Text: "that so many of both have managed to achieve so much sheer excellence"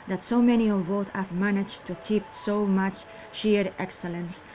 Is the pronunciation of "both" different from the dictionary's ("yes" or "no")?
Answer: yes